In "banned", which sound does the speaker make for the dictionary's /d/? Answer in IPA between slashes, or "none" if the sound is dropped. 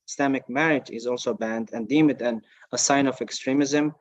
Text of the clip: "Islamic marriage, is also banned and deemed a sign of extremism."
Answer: /d/